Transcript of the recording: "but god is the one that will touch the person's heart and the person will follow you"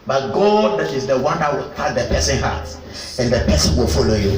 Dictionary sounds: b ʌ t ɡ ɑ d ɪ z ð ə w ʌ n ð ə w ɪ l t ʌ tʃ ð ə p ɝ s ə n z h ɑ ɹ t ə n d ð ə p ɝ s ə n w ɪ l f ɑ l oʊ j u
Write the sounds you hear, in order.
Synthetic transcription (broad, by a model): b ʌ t ɡ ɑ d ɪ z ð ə w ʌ n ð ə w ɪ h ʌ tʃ ð ə p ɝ s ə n h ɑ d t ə n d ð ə p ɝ s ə n w ɪ l f ɑ l oʊ j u